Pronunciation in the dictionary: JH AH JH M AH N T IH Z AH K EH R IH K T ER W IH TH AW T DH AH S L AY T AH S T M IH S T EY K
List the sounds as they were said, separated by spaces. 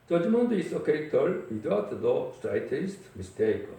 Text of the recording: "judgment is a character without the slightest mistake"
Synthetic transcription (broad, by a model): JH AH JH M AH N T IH S AH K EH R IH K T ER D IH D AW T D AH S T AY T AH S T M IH S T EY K